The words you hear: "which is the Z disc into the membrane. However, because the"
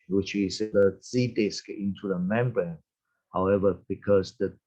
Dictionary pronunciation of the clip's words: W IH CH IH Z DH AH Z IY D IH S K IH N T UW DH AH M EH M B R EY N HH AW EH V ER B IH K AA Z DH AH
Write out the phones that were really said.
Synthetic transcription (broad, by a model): W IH CH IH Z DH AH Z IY D IH S K IH N T UW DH AH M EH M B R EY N HH AW EH V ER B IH K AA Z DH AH